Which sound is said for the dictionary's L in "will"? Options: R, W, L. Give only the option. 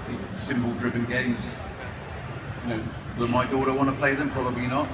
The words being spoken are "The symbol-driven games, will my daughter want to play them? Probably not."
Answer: W